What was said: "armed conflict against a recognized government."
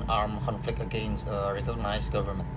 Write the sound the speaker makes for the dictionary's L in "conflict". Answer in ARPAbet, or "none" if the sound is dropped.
L